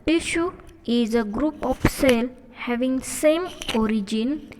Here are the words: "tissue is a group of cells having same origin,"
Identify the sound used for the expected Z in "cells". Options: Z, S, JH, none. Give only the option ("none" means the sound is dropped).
none